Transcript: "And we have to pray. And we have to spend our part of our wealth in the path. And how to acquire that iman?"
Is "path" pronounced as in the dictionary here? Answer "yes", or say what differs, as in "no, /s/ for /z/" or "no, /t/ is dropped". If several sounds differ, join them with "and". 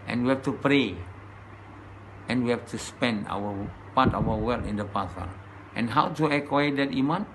no, /s/ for /θ/